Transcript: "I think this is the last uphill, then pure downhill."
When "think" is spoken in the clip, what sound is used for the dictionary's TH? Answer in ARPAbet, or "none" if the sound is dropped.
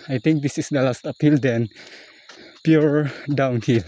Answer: T